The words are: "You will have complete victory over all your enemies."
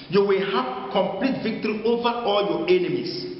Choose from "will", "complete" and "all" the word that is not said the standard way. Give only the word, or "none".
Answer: none